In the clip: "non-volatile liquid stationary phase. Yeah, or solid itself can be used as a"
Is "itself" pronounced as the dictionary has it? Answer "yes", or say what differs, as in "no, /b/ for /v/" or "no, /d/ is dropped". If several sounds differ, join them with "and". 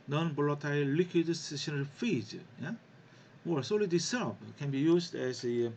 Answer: no, /p/ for /f/